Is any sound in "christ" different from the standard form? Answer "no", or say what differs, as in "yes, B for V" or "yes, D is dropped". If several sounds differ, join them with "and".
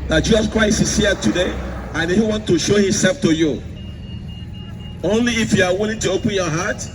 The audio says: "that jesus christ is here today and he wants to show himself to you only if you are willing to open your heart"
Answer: yes, T is dropped